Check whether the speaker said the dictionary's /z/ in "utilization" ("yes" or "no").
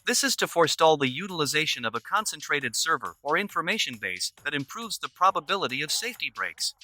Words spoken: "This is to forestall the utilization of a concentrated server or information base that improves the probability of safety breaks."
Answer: yes